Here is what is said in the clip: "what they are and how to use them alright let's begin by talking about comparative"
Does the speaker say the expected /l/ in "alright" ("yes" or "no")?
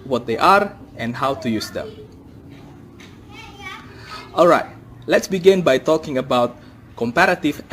yes